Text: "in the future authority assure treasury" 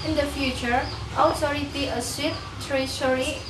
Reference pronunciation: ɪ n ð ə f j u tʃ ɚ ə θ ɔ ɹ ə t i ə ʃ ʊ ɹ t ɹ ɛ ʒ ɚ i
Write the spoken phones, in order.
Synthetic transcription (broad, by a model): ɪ n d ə f j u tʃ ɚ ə t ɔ ɹ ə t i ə s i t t ɹ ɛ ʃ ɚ i